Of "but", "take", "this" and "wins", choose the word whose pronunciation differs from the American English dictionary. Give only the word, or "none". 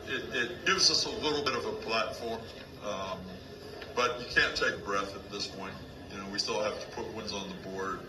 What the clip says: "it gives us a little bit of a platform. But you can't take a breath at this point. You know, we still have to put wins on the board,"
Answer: none